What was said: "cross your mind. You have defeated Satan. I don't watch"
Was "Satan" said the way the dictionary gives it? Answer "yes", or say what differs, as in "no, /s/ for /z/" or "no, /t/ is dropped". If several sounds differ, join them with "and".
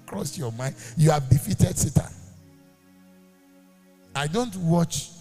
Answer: no, /n/ is dropped